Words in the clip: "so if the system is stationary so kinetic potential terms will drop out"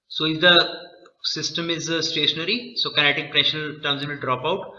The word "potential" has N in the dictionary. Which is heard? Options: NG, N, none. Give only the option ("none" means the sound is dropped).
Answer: none